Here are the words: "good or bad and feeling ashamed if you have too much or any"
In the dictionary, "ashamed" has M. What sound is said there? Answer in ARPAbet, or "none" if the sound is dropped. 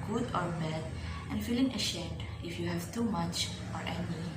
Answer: none